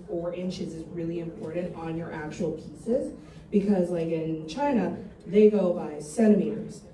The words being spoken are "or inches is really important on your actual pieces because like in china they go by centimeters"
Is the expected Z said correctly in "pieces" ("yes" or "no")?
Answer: yes